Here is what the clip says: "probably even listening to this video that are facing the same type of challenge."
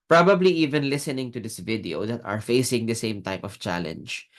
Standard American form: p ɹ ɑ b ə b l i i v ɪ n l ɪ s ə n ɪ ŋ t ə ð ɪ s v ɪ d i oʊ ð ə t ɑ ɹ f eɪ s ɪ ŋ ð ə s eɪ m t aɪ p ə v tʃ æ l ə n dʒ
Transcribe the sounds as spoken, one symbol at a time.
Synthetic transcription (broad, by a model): p ɹ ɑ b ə b l i i v ɪ n l ɪ s ə n ɪ ŋ t ə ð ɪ s v ɪ d i oʊ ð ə t ɑ ɹ f eɪ s ɪ ŋ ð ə s eɪ m t aɪ p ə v tʃ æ l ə n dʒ